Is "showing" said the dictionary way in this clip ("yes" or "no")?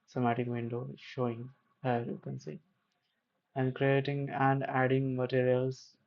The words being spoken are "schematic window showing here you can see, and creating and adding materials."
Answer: yes